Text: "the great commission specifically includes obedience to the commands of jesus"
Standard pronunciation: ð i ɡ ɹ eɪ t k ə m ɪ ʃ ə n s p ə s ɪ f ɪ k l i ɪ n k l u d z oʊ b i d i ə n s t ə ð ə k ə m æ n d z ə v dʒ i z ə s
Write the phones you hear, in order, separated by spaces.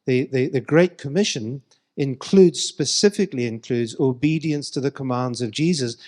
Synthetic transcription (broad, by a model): ð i ɡ ɹ eɪ t k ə m ɪ ʃ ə n s p ə s ɪ f ɪ k l i ɪ n k l u d z oʊ b i d i ə n s t ə ð ə k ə m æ n d z ə v dʒ i z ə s